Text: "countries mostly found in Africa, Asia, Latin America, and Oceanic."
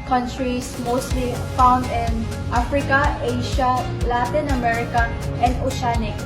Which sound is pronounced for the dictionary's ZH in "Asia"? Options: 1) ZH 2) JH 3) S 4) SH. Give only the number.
4